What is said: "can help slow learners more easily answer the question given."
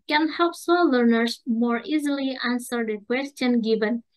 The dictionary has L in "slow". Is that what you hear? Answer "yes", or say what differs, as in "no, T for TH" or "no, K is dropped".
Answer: no, L is dropped